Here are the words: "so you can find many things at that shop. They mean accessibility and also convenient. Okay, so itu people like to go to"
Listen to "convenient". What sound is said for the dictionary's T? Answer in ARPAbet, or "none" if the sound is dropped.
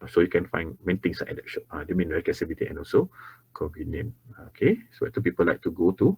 none